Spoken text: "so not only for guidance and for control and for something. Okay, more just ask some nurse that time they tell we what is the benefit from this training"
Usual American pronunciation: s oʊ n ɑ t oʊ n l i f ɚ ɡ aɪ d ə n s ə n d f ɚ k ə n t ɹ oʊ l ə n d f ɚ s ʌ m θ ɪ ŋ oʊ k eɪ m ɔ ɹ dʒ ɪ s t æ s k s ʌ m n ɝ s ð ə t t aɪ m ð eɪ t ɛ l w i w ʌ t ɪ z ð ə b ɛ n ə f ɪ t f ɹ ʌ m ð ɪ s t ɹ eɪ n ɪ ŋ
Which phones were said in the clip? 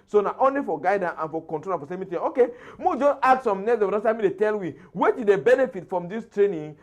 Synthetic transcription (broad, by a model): s oʊ n ɑ t oʊ n l i f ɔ ɡ aɪ d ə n ə n f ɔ k ə n t ɹ oʊ l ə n f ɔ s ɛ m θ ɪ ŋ oʊ k eɪ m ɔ dʒ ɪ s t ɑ k s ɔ m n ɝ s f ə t s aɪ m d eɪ t ɛ l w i w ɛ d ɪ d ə b ɛ n ə f ɪ t f ɹ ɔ m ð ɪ s t ɹ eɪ n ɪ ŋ